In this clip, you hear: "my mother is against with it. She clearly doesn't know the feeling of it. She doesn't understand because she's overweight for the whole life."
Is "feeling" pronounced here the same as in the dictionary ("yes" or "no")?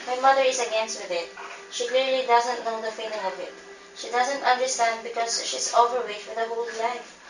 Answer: no